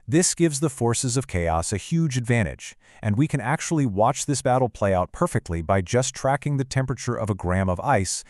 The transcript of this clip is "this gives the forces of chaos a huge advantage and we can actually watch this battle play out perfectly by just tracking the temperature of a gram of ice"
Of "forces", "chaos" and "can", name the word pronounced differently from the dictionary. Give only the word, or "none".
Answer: none